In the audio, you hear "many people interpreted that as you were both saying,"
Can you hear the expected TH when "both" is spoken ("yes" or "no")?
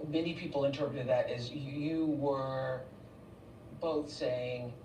yes